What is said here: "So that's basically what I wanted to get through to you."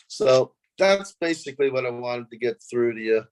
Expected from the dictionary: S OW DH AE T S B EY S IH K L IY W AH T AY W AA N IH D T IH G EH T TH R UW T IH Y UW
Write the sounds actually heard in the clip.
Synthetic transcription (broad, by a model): S OW DH AE T S B EY S IH K L IY W AH T AY W AA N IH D T IH G EH T TH R UW T IH Y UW